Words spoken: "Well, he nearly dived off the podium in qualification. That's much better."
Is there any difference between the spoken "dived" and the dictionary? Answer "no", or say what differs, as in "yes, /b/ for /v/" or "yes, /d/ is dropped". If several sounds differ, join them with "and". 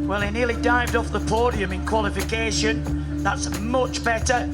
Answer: no